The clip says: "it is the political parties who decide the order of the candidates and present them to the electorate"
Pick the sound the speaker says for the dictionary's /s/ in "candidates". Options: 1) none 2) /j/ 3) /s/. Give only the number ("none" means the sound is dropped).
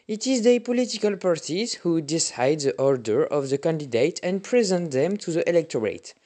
1